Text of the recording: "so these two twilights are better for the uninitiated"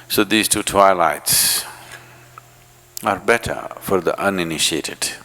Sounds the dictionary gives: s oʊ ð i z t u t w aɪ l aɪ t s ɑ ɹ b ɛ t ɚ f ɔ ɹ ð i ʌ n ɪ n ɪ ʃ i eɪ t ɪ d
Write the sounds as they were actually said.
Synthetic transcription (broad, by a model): s oʊ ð i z t u t w aɪ l aɪ t s ɑ ɹ b ɛ t ɚ f ɔ ɹ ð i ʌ n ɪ n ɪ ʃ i eɪ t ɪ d